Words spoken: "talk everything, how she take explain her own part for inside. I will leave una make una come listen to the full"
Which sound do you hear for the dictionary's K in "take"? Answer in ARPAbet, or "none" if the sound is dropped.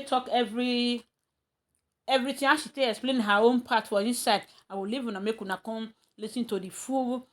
none